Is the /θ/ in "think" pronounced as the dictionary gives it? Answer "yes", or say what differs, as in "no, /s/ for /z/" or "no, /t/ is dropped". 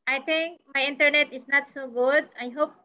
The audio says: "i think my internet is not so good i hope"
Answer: no, /t/ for /θ/